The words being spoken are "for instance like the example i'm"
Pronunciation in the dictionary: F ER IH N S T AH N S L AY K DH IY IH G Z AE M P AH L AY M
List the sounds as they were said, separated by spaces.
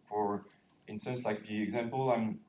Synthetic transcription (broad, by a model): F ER IH N S T AH N S L AY K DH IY IH G Z AE M P AH L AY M